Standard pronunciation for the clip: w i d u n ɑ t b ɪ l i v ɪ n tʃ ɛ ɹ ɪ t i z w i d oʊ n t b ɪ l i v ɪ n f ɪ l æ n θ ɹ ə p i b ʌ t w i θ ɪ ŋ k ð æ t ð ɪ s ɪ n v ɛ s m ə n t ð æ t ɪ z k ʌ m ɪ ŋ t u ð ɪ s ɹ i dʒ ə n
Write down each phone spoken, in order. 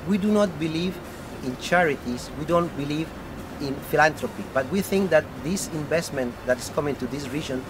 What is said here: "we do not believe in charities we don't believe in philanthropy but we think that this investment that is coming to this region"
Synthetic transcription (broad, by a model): w i d u n ɑ t b ɪ l i v ɪ n tʃ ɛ ɹ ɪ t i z w i d oʊ n t b ɪ l i v ɪ n f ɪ l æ n t ɹ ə p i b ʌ t w i θ ɪ ŋ k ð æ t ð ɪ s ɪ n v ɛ s m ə n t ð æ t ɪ s k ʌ m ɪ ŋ t u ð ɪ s ɹ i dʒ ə n